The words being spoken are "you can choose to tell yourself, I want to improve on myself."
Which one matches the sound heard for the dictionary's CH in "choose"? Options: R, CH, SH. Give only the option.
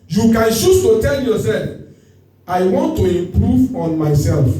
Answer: SH